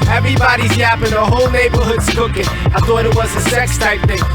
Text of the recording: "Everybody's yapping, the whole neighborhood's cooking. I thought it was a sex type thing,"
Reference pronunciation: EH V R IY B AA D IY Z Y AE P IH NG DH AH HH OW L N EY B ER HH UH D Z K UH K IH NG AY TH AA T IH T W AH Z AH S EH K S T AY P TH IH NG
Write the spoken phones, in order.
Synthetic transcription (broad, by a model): EH V R IY B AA D IY Z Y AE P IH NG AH HH OW L N EY B ER HH UH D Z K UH K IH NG AY TH AA T IH T W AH Z AH S EH K S T AY P TH IH NG